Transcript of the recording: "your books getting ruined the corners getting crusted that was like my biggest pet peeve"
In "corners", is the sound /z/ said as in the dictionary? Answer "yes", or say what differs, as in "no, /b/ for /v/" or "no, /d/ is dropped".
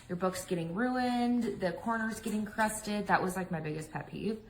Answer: yes